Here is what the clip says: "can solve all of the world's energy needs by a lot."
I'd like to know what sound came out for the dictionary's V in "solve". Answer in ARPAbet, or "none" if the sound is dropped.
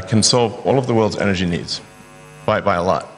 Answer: V